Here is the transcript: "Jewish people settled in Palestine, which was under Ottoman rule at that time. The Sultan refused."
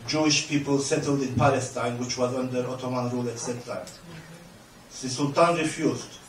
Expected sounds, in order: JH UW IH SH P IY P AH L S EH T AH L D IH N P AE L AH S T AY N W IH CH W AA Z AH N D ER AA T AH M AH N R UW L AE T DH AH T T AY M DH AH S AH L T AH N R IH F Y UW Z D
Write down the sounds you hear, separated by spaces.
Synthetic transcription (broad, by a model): JH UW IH SH P IY P AH L S EH T AH L D IH N P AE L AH S T AY N W IH CH W AA Z AH N D ER AA T AH M AH N R UW L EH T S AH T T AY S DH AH S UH L T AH N R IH F Y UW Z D